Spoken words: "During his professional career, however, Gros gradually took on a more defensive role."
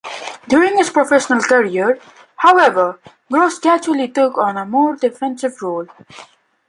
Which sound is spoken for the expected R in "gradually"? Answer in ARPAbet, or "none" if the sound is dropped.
none